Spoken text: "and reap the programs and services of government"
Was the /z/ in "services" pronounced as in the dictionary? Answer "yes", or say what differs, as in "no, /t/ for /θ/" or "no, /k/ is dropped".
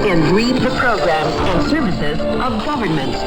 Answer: yes